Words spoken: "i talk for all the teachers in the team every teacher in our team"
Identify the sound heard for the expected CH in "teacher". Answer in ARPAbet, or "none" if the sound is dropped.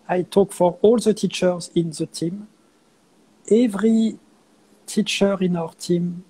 CH